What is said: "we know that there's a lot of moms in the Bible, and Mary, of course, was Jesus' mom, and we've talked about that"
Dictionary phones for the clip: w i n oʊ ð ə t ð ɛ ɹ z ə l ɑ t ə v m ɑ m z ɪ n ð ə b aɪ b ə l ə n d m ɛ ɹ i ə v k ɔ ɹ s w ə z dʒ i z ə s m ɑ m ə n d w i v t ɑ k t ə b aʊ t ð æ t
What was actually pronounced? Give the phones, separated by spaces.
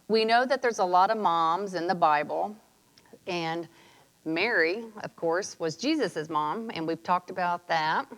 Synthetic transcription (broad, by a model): w i n oʊ ð ə t ð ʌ ɹ z ə l ɑ t ə v m ɑ m z ɪ n ð ə b aɪ b l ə n m ɛ ɹ i ə v k ɔ ɹ s w ə z dʒ i z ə s m ɑ m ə n w i v t ɑ k t ə b aʊ t ð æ t